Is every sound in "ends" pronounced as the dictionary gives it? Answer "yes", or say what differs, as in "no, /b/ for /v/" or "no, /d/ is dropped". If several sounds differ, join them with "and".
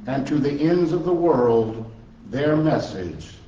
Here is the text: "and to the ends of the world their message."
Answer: yes